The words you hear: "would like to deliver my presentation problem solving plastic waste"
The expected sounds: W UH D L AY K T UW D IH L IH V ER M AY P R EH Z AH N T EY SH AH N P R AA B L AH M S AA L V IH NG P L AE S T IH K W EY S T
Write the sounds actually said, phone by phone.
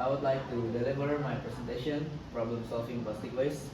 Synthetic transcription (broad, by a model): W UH D L AY K T UW D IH L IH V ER M AY P R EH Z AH N T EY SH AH N P R AA B L AH M S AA L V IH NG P AO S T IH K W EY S